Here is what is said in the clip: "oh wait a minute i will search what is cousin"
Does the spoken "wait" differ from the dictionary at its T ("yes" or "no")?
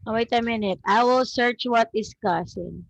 no